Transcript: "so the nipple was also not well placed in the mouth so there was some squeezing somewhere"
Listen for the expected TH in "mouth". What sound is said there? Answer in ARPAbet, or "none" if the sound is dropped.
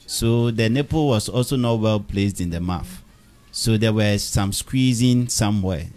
F